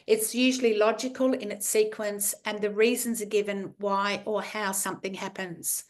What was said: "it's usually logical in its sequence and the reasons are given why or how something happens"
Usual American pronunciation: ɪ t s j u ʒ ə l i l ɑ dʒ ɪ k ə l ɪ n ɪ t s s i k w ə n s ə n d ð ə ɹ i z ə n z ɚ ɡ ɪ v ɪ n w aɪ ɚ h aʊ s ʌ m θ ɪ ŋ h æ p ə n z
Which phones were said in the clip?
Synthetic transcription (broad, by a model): ɪ t s j u ʒ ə l i l ɑ dʒ ɪ k ə l ɪ n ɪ t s s i k w ə n s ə n ð ə ɹ i z ə n z ɚ ɡ ɪ v ɪ n w aɪ ɚ h aʊ s ʌ m θ ɪ ŋ h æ p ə n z